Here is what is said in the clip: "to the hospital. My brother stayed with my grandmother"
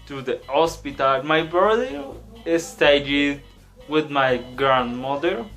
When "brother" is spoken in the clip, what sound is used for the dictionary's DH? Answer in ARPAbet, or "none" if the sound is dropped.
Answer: none